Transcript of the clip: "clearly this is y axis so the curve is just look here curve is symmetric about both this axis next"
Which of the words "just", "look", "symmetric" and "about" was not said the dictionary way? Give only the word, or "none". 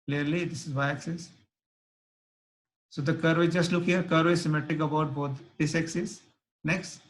symmetric